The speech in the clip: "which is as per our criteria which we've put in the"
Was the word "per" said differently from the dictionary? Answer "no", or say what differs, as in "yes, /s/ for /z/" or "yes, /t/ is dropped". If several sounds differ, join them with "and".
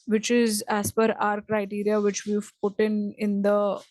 yes, /f/ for /p/